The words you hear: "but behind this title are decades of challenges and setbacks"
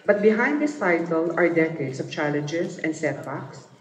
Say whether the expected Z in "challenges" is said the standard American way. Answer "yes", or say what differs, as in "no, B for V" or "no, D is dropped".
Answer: no, S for Z